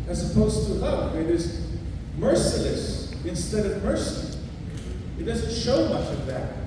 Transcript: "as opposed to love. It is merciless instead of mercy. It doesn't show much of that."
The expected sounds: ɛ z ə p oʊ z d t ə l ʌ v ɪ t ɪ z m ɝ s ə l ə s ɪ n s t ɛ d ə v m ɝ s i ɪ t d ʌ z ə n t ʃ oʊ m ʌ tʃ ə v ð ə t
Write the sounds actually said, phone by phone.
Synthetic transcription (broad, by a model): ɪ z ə p oʊ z t ə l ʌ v ɪ t ɪ z m ɝ s ə l ə s ɪ n s t ɛ d ə v m ɝ s i ɪ t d ʌ z n t ʃ oʊ m ʌ tʃ ə v ð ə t